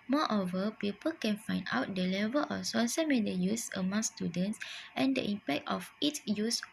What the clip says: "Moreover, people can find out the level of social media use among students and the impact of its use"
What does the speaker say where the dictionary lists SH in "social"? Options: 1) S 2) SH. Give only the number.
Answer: 1